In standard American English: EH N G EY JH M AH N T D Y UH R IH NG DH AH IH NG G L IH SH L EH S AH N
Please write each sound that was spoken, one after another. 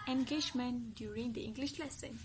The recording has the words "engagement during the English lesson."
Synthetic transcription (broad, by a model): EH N G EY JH M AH N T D Y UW R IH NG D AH IH NG G L IH SH L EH S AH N